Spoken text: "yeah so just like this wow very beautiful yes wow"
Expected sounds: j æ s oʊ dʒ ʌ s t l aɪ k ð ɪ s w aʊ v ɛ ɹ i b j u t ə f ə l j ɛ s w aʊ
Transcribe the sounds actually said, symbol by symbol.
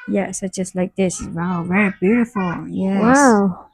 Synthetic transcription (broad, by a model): j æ s oʊ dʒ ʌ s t l aɪ k ð ɪ s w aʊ v ɛ ɹ i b j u t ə f l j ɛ w aʊ